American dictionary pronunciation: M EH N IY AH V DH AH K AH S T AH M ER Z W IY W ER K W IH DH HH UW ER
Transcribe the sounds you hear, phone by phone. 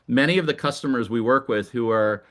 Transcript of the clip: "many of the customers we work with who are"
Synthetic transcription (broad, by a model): M EH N IY AH V DH AH K AH S T AH M ER Z W IY W ER K W IH DH HH UW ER